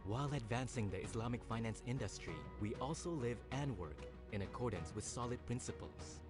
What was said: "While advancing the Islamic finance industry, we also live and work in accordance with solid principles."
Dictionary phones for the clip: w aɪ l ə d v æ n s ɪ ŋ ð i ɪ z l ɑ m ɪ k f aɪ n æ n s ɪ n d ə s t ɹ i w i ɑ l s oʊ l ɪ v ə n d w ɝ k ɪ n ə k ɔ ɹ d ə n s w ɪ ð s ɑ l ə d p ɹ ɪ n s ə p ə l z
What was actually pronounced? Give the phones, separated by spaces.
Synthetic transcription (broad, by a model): w aɪ l ə d v æ n s ɪ ŋ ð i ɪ s l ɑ m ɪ k f aɪ n æ n s ɪ n d ə s t ɹ i w i ɑ l s oʊ l ɪ v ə n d w ɝ k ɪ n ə k ɔ ɹ d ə n s w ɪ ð s ɑ l ə d p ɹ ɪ n s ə p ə l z